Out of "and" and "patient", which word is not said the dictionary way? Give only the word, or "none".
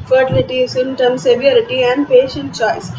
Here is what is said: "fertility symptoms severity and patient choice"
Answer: none